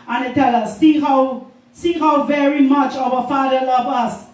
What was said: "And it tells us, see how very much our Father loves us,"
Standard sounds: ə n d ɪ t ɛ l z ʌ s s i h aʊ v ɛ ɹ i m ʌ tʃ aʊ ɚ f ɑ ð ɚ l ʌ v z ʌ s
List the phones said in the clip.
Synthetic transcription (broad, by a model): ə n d ɪ t ɛ l ʌ s s i h aʊ v ɛ ɹ i m ʌ tʃ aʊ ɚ f ɑ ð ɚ l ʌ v ʌ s